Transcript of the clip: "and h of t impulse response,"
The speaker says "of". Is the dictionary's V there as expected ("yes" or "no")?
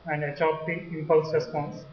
no